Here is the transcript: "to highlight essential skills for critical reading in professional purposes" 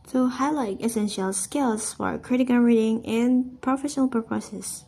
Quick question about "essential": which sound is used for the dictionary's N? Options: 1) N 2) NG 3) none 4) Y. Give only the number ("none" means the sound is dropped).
1